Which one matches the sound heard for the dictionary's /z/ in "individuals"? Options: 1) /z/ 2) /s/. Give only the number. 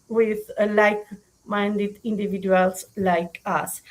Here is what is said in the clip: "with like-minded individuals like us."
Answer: 2